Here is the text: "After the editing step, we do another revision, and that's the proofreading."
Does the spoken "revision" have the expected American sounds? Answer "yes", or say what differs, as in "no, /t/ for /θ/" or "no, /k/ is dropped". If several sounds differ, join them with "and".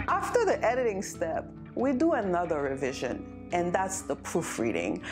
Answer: yes